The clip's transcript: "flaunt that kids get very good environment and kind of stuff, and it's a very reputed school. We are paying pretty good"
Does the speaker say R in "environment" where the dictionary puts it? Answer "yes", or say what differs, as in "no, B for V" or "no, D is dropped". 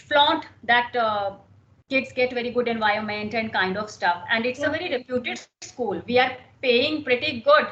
no, R is dropped